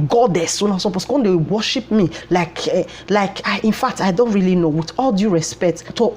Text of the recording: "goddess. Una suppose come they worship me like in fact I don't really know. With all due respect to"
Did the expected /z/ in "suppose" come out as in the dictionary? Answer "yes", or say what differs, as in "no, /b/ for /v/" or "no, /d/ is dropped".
no, /s/ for /z/